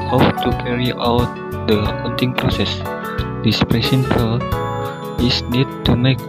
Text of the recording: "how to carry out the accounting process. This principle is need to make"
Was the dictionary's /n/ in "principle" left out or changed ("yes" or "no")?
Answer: yes